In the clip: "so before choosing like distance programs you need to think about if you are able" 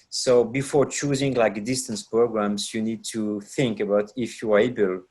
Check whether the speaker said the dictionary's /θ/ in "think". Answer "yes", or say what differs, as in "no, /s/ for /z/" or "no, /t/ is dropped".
yes